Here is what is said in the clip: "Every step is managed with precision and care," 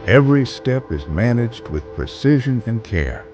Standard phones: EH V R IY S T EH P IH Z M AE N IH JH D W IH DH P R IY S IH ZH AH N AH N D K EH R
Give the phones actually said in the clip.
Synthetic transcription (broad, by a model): EH V R IY S T EH P IH Z M AE N IH JH D W IH DH P R IY S IH ZH AH N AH N K EH R